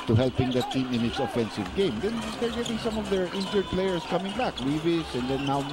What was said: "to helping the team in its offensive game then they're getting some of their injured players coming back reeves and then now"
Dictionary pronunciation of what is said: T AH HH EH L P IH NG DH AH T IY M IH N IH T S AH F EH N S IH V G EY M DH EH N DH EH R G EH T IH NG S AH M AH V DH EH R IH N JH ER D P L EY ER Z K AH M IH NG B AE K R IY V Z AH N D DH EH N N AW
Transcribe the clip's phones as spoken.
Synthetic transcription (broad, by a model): T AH HH EH L P IH NG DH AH T IY M IH N IH T S AH F EH N S IH V G EY M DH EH N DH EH R G EH T IH NG S AH M AH V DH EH R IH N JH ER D P L EY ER S K AH M IH NG B AE K W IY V S AH N D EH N N AW